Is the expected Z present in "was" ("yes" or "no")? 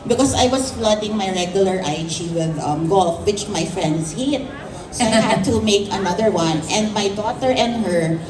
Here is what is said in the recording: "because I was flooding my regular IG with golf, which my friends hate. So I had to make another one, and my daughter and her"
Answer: no